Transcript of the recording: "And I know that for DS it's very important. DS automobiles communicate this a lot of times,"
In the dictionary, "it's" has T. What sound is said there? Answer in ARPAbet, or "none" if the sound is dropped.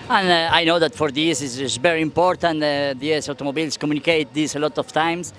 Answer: S